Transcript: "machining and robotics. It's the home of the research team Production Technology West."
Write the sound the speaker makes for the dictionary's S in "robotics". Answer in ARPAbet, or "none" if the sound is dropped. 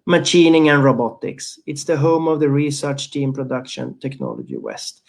S